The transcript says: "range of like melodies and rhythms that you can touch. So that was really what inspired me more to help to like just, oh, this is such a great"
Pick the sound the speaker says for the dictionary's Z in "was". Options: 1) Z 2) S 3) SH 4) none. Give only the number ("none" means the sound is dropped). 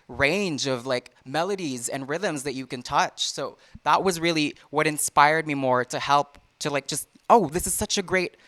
1